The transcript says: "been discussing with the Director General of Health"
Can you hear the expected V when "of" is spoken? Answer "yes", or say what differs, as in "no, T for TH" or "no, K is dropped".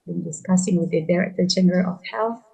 no, F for V